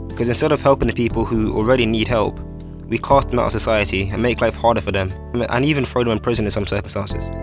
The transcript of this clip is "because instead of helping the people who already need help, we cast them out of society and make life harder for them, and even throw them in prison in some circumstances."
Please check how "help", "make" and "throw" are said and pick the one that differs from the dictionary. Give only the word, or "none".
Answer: throw